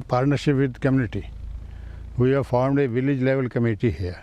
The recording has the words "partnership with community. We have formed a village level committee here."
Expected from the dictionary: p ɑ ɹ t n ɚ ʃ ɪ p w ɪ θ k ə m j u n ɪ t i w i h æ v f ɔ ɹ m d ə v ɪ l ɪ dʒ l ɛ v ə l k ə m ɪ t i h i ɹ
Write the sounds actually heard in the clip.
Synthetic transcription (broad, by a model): p ɑ ɹ t n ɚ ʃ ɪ p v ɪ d k ə m j u n ɪ t i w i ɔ f ɔ ɹ m d ə v ɪ l ɪ dʒ l ɛ v ə l k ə m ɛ t i h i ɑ